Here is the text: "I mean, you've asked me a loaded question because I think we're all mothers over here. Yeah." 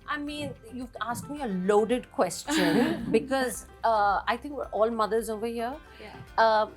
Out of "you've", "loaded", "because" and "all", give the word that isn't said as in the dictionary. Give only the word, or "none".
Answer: you've